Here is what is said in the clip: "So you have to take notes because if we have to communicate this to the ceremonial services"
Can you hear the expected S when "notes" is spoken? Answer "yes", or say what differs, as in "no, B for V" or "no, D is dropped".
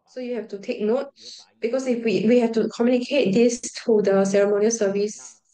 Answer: no, S is dropped